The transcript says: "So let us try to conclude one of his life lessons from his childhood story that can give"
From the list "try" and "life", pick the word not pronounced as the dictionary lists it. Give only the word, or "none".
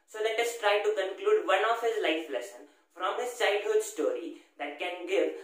none